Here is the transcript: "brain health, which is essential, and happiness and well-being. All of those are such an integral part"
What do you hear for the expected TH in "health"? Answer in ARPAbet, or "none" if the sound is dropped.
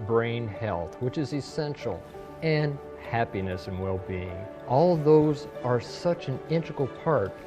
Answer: TH